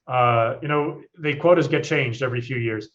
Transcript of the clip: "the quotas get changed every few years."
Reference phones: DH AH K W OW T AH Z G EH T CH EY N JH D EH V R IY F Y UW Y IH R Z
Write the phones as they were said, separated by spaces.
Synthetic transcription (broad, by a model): DH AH K W OW T AH Z G EH T CH EY N JH D EH V R IY F Y UW Y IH R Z